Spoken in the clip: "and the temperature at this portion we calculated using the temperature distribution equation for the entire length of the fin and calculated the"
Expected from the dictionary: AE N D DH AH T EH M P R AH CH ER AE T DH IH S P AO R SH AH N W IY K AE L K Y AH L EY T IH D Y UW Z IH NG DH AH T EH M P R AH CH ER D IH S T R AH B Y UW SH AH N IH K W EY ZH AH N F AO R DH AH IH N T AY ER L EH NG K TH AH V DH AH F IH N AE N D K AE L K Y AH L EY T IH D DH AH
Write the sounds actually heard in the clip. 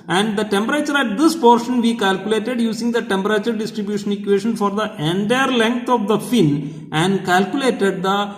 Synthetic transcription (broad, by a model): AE N D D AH T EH M P R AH CH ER AE T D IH S P AO R SH AH N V IY K AE L K Y AH L EY T IH D Y UW S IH NG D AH T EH M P R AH CH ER D IH S T R AH B Y UW SH AH N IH K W EY SH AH N F AO R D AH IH N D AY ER L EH NG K T AH V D AH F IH N AE N D K AE L K Y AH L EY T IH D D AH